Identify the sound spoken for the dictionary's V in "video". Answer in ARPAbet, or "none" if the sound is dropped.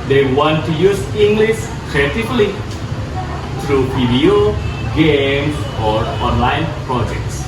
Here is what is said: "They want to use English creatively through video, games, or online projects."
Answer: P